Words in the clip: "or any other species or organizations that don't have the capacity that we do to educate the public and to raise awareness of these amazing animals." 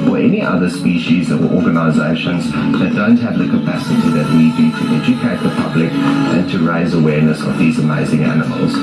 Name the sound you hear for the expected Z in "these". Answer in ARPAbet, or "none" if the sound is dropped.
Z